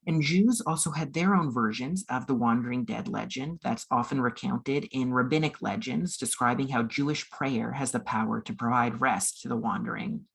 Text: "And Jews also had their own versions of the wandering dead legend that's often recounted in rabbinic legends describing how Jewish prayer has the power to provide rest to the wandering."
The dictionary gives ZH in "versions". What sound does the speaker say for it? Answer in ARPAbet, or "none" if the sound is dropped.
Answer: ZH